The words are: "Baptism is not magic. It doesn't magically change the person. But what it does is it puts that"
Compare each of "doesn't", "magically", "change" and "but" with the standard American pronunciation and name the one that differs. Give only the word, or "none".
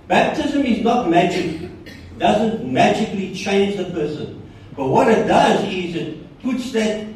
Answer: none